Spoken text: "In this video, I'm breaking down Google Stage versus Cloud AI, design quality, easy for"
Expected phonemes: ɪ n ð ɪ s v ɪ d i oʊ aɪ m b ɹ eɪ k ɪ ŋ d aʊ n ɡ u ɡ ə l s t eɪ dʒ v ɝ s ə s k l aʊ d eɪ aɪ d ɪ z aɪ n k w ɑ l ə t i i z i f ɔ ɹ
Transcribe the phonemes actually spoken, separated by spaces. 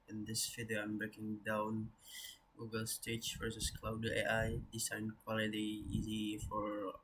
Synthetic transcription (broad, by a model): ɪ n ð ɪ s f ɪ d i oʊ aɪ m b ɹ eɪ k ɪ ŋ d aʊ n ɡ u ɡ ə l s t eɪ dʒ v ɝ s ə s k l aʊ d eɪ aɪ d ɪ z aɪ n k w ɑ l ə t i i z i f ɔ ɹ